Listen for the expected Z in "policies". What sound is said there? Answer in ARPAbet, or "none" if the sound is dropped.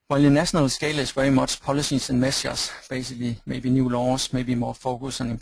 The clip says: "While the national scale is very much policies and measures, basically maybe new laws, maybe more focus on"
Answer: S